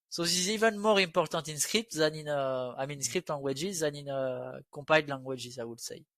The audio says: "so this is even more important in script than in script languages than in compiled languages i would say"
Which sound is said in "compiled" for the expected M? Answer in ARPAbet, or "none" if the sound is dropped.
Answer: none